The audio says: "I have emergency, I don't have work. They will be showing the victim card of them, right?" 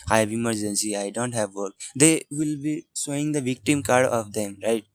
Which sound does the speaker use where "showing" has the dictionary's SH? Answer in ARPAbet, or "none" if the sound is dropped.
S